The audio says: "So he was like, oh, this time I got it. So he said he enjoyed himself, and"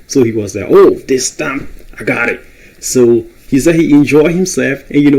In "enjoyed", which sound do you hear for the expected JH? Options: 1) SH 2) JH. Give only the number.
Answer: 2